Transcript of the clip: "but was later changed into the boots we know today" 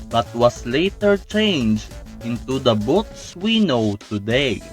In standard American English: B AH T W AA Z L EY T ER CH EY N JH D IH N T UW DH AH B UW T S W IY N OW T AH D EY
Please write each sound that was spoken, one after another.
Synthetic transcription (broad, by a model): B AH T W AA S L EY T ER CH EY N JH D IH N T UW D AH B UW T S W IY N OW T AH D EY